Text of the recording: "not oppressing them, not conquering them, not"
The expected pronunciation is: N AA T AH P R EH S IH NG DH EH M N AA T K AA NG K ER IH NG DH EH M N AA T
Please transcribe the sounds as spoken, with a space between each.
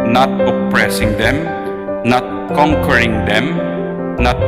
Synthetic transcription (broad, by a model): N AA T AH P R EH S IH NG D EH M N AA T K AA NG K ER IH NG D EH M N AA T